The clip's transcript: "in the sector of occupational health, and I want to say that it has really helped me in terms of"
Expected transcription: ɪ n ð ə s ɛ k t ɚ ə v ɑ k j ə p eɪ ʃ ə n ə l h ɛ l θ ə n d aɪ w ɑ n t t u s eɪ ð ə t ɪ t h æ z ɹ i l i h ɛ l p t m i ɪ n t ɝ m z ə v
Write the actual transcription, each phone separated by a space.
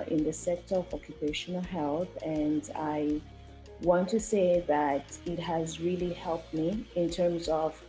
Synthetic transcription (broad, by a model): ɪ n ð ə s ɛ k t ɚ ə v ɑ k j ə p eɪ ʃ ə n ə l h ɛ l θ ə n d aɪ w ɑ n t t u s eɪ ð ə t ɪ t h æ z ɹ i l i h ɛ l p t m i ɪ n t ɝ m z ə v